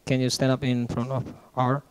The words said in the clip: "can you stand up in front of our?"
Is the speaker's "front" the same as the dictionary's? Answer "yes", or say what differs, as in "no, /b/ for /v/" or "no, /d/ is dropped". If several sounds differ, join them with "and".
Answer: yes